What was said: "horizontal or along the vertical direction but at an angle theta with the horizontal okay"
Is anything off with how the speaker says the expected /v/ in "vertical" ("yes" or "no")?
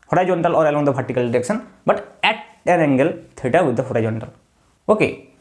yes